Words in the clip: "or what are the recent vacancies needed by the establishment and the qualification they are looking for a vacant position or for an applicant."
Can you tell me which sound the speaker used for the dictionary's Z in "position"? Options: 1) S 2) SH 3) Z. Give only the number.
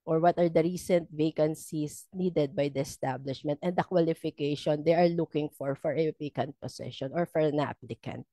1